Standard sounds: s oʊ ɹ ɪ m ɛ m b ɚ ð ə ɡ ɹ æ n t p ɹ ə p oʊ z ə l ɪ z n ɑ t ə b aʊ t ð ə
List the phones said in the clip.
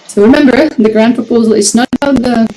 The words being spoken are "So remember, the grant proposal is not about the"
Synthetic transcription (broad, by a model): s oʊ ɹ ɪ m ɛ m b ɚ ð ə ɡ ɹ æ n p ɹ ə p oʊ z ə l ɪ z n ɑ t ə b aʊ t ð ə